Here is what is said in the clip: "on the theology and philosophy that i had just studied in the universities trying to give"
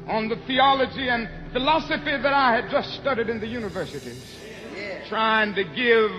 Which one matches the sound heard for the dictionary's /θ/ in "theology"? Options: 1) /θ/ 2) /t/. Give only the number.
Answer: 1